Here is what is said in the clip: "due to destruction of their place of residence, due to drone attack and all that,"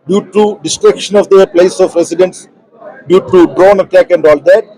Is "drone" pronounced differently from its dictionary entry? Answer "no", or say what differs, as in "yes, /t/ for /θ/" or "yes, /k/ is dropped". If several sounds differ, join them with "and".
no